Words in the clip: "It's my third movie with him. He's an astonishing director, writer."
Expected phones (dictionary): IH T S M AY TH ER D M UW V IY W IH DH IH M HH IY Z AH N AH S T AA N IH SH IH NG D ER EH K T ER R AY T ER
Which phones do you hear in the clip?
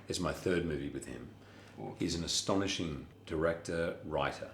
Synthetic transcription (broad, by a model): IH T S M AY TH ER D M UW V IY W IH DH IH M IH Z N AH S T AA N IH SH IH NG D ER EH K T ER R AY T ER